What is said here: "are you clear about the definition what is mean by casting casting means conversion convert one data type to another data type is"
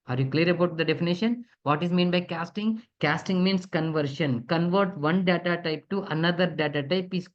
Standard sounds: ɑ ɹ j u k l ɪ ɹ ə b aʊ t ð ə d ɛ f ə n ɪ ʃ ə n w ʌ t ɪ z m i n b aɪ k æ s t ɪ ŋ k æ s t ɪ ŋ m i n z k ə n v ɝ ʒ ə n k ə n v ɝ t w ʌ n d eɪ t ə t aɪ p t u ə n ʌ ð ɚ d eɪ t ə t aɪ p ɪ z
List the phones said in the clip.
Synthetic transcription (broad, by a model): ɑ ɹ j u k l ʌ ɹ ə b aʊ t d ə d ɛ f ə n ɪ ʃ ə n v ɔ t ɪ z m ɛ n b aɪ k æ s t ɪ ŋ k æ s t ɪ ŋ m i n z k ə n v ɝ ʃ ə n k ə n v ɝ t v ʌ n d eɪ t ə t aɪ p t u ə n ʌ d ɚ d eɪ t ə t aɪ p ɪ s